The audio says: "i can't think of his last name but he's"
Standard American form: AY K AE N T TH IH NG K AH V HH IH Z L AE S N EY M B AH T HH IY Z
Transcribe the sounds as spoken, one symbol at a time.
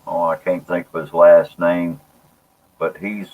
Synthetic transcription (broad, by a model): AY K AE N TH IH NG K AH V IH Z L AE S N EY M B AH T HH IY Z